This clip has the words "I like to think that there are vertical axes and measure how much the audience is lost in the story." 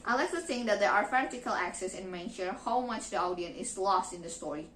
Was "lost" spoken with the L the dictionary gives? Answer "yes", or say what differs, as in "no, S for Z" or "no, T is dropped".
yes